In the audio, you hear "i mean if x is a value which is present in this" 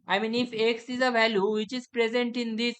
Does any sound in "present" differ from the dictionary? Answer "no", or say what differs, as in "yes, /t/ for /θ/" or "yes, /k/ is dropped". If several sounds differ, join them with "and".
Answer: no